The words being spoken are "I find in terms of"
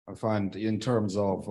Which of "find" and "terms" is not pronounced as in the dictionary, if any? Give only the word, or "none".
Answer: none